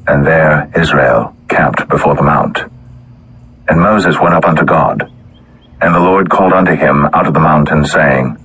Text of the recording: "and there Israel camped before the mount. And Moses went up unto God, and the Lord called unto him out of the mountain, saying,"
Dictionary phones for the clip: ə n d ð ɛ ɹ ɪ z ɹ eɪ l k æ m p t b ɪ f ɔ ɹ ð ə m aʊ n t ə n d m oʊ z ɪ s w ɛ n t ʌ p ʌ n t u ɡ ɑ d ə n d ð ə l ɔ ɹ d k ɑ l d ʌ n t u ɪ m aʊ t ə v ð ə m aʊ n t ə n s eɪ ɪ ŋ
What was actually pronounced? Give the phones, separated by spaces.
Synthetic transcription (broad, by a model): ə n ð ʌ ɹ ɪ z ɹ eɪ l k æ m p t b ɪ f ɔ ɹ ð ə m aʊ n t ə n m oʊ z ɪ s w ɛ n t ʌ p ʌ n t u ɡ ɑ d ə n ð ə l ɔ ɹ d k ɑ l d ʌ n t u ɪ m aʊ t ə v ð ə m aʊ n t ə n s eɪ ɪ ŋ